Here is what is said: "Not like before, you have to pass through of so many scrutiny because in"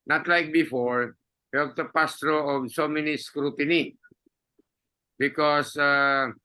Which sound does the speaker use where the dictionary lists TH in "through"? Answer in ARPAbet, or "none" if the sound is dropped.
T